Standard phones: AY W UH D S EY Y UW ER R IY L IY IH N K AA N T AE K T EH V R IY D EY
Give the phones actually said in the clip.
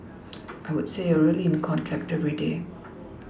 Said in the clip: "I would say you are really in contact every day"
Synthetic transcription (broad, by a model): AY W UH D S EY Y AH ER R IY L IY IH N K AA N T AE K T EH V R IY D EY